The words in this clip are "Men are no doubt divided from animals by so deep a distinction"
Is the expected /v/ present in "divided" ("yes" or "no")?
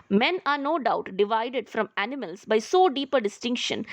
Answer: yes